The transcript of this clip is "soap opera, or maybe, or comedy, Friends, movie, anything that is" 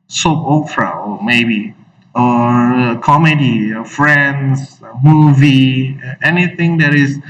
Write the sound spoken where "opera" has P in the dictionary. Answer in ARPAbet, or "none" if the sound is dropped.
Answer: F